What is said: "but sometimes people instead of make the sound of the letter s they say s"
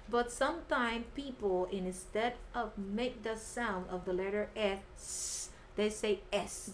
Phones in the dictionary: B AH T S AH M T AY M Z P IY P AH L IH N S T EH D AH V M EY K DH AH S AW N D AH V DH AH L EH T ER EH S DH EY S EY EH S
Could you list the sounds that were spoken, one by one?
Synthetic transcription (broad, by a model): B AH T S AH M T AY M P IY P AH N IH N S T EH D AH V M EY K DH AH S AW N D AH V DH AH L EH T ER EH S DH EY S EY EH S